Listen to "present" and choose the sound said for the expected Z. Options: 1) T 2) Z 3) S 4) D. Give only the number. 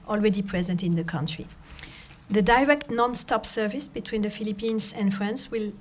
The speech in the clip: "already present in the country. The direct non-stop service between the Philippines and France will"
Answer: 2